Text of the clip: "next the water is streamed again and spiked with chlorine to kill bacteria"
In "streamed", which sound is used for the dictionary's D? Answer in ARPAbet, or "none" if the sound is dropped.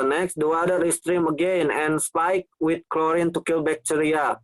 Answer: none